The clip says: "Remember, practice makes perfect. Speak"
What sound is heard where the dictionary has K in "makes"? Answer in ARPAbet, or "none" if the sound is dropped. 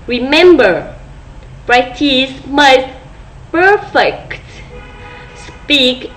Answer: none